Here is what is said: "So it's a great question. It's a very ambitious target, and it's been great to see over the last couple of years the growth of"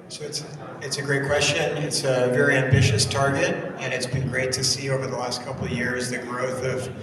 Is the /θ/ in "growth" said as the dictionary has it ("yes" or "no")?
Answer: yes